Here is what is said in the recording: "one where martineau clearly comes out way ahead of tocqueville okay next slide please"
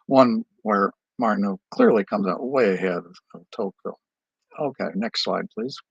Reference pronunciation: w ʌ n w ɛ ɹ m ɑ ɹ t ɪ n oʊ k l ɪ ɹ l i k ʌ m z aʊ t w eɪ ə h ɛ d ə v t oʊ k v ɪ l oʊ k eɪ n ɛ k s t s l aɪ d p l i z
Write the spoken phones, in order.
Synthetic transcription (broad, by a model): w ʌ n w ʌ ɹ m ɑ ɹ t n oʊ k l ɪ ɹ l i k ʌ m z aʊ t w eɪ ə h ɛ d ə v t oʊ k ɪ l oʊ k eɪ n ɛ k s t s l aɪ d p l i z